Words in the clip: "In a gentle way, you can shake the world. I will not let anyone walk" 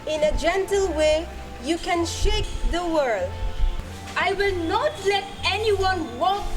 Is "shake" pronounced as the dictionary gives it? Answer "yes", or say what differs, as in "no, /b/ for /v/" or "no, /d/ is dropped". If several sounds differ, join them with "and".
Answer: yes